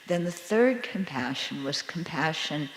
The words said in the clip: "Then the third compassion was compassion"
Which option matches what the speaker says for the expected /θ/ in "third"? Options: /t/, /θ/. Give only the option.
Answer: /θ/